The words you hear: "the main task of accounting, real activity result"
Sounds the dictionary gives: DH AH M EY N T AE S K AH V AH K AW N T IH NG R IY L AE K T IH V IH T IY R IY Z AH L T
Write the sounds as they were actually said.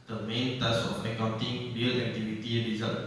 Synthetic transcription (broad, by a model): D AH M EY N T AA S AH F AH K AW N T IH NG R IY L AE K T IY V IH T IY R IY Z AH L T